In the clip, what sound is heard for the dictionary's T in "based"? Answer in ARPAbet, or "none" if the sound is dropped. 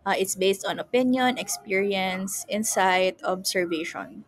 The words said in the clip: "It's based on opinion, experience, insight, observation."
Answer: T